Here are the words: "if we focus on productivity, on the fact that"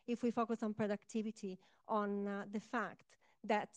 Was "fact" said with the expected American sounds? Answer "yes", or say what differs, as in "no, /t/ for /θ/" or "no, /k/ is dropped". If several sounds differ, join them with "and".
yes